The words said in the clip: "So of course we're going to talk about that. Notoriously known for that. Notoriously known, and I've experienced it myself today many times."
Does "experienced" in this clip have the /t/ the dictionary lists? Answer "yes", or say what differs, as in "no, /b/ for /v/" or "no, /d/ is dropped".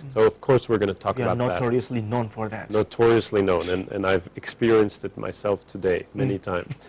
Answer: yes